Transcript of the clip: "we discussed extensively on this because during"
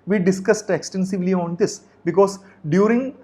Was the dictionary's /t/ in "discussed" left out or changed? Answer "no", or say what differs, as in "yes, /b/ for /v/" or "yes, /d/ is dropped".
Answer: no